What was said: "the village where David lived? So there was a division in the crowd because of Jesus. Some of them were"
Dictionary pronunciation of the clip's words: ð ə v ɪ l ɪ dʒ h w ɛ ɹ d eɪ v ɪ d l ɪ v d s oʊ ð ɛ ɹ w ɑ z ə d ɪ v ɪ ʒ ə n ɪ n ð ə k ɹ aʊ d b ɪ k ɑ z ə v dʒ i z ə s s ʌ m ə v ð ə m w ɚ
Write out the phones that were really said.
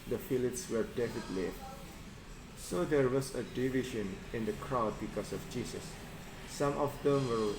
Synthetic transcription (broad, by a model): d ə f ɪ l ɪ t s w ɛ ɹ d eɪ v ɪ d l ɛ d s oʊ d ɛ ɹ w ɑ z ə d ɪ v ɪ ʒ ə n ɪ n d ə k ɹ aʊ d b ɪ k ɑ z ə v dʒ i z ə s s ʌ m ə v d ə m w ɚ